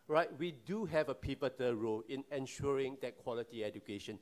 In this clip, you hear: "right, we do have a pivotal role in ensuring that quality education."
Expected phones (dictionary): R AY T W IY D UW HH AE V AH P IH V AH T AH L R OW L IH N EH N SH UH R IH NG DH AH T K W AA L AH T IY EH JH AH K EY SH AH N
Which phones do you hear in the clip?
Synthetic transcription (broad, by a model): R AY T W IY D UW HH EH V AH P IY P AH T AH R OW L IH N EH N SH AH R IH NG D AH T K W AA L AH T IY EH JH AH K EY SH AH N